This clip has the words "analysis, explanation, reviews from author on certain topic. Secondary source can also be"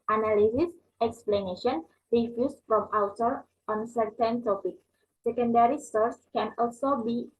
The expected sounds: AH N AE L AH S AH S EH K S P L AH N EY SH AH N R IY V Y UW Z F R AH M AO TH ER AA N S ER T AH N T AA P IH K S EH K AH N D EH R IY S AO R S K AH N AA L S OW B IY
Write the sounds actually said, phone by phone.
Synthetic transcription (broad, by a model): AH N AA L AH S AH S EH K S P L AH N EY SH AH N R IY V Y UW S F R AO M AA T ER AA N S ER T AH N T AA P IH K S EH K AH N D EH R IY S AO R S K AH N AA L S OW B IY